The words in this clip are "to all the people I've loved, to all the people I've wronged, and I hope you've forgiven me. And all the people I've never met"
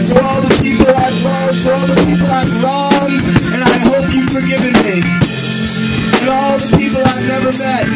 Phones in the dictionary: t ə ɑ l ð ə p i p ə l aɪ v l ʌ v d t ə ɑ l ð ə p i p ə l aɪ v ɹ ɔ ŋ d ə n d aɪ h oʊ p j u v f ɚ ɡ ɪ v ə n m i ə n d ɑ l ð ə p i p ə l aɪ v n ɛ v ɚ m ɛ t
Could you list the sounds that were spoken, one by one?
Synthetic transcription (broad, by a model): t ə ɑ l ð ə p i p l aɪ v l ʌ d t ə ɑ l ð ə p i p l aɪ v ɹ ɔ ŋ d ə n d aɪ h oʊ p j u f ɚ ɡ ɪ v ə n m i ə ɑ l ð ə p i p l aɪ v n ɛ v ɚ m ɛ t